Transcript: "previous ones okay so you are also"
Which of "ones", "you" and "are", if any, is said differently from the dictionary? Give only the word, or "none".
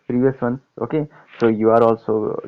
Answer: ones